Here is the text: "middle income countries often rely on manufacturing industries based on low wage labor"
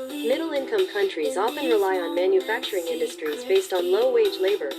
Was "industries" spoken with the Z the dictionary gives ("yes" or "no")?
yes